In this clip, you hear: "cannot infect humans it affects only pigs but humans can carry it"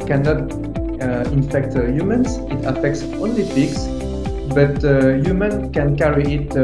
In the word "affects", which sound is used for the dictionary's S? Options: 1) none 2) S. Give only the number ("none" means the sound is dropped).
2